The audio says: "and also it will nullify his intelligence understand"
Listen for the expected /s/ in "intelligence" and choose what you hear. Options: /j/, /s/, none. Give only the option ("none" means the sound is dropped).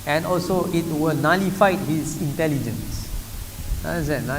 /s/